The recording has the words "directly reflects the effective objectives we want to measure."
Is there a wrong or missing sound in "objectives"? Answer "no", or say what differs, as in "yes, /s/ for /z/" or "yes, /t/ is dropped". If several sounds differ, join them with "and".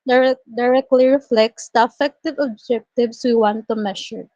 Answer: yes, /s/ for /z/